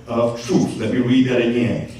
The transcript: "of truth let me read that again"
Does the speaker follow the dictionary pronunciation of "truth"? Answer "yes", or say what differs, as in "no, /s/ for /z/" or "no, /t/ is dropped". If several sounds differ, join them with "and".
no, /s/ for /θ/